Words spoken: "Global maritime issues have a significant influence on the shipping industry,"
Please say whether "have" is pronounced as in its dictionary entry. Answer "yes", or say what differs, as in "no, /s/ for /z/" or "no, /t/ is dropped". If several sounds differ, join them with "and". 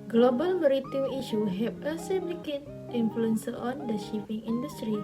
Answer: no, /p/ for /v/